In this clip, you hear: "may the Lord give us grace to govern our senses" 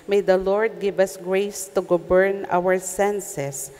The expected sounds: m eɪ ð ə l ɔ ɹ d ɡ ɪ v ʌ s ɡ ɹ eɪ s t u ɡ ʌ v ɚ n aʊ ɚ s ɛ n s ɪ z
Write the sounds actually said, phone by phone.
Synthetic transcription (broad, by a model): m eɪ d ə l ɔ ɹ d ɡ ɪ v ʌ s ɡ ɹ eɪ s t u ɡ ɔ b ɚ n aʊ ɚ s ɛ n s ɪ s